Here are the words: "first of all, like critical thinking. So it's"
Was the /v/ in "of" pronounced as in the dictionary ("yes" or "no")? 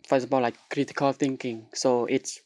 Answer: no